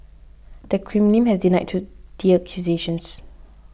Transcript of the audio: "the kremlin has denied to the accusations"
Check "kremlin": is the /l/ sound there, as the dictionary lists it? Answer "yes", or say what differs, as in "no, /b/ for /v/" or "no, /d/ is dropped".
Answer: no, /n/ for /l/